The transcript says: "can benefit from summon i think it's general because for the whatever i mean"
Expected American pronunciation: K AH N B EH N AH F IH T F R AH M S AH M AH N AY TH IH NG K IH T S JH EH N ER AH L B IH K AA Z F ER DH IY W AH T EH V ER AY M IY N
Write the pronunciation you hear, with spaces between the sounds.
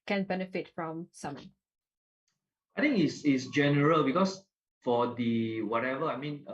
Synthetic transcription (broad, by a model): K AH N B EH N AH F IH T F R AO M S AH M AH AY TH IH NG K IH S S JH EH N ER AH L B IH K AA S F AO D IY W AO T EH V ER AY M IY N